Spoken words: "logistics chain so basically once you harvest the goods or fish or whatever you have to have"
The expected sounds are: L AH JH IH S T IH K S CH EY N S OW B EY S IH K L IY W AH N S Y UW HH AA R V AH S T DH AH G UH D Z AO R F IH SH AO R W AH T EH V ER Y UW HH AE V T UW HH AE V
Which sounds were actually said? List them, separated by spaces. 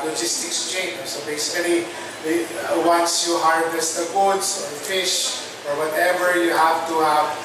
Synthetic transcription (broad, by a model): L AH JH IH S T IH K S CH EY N S OW B EY S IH K L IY W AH N S Y UW HH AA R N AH S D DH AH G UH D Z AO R F IH SH AO R W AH T EH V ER Y UW HH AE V T UW HH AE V